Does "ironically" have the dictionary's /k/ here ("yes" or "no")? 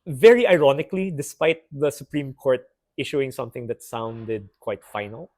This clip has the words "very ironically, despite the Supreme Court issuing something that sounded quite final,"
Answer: yes